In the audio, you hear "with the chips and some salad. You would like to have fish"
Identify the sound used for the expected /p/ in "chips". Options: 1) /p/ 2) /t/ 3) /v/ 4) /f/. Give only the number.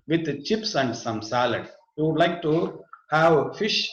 1